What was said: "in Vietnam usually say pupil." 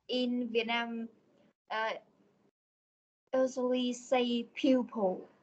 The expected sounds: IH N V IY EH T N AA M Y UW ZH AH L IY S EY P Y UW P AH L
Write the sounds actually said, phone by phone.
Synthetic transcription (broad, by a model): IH N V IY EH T N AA M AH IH Z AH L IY S EY P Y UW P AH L